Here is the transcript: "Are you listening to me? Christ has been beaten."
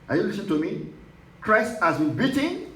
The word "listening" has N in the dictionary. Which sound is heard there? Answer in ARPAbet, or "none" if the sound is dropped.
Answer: none